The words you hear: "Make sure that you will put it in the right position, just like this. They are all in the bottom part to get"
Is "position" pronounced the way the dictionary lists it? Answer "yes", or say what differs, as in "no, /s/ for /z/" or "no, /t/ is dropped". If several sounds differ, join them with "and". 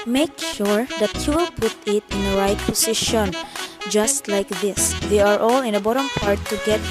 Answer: no, /s/ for /z/